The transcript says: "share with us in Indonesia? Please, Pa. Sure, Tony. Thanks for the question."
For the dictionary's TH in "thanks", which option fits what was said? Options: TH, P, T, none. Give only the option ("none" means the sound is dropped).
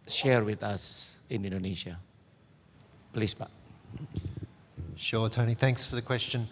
TH